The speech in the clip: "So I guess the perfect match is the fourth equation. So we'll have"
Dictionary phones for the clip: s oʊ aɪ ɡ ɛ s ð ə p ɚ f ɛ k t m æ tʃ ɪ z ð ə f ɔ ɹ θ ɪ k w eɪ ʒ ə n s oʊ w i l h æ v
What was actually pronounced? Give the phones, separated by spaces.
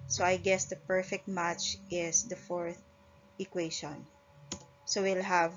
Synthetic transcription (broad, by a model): s oʊ aɪ ɡ ɛ s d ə p ɚ f ɛ k t m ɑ tʃ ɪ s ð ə f ɔ ɹ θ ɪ k w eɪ ʃ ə n s oʊ w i l h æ v